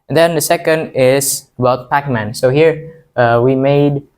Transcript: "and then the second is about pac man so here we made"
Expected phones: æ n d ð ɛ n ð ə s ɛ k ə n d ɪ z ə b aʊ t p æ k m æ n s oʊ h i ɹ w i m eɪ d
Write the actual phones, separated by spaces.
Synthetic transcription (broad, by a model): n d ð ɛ n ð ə s ɛ k ə n d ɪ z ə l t p æ k m æ n s oʊ h i ɹ w i m eɪ d